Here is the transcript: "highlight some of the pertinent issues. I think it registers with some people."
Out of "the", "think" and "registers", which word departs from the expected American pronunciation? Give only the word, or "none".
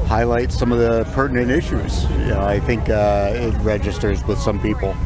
none